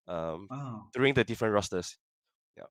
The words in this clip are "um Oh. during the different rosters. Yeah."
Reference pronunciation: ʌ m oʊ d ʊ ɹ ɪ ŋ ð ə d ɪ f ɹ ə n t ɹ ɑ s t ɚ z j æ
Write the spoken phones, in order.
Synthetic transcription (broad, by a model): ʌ m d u ɪ ŋ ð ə d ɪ f ɹ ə n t ɹ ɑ s t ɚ s j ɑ